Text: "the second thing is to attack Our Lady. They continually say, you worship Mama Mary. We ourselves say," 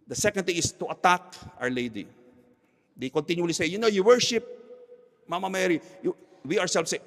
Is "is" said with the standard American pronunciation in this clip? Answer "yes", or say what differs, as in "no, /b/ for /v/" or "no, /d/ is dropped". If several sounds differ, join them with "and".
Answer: no, /s/ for /z/